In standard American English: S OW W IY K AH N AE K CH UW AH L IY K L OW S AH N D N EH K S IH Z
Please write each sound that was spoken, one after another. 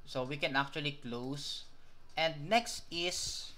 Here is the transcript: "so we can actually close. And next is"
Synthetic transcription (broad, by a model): S OW W IY K AH N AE K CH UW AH L IY K L OW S AH N D N EH K S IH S